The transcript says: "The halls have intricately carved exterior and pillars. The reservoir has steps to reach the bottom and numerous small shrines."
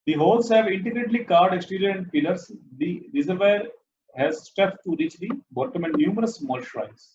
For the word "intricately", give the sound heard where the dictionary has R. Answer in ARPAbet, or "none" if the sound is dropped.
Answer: none